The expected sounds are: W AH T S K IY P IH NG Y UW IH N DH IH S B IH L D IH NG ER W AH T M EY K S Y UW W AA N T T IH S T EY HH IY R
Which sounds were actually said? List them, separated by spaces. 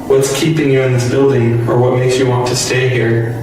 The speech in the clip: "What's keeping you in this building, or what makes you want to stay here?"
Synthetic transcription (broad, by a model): W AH T S K IY P IH NG Y UW IH N DH IH S B IH L D IH NG ER W AH T M EY K S Y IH W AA N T T IH S T EY HH IY R